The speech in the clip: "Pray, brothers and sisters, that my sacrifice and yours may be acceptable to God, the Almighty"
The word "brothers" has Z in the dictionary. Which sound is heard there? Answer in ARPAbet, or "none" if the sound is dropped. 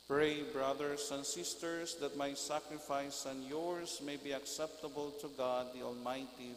S